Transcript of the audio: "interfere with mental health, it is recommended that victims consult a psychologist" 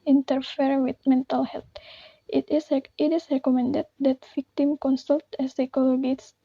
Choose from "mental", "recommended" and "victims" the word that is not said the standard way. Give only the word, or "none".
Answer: victims